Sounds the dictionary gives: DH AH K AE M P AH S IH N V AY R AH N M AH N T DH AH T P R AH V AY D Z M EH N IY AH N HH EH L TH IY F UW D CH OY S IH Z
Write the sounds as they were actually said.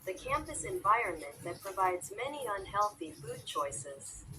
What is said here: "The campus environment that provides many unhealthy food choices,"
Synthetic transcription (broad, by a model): DH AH K AE M P AH S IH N V AY R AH N M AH N DH AH T P R AH V AY D Z M EH N IY AH N HH EH L TH IY F UW D CH OY S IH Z